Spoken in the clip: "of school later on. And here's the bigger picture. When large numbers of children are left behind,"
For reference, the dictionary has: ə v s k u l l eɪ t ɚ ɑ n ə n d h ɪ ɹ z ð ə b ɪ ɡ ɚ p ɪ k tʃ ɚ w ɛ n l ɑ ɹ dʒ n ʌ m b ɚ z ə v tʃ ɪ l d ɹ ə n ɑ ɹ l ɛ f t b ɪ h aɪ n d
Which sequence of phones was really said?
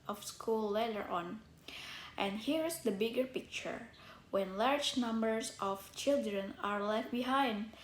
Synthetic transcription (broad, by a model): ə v s k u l l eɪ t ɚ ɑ n ə n d h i ɹ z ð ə b ɪ ɡ ɚ p ɪ k tʃ ɚ w ɛ n l ɑ ɹ dʒ n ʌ m b ɚ s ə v tʃ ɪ l d ɹ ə n ɑ ɹ l ɛ f t b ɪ h aɪ n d